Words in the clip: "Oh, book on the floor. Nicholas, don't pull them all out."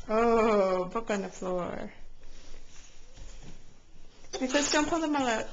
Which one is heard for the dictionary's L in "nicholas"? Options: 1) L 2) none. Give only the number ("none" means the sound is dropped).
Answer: 2